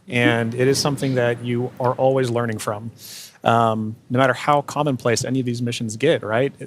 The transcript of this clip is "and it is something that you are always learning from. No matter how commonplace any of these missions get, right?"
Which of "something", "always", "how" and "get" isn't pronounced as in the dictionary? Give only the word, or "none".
none